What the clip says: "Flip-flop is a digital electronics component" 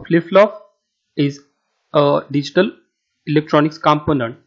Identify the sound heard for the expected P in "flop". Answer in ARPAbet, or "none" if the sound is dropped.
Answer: F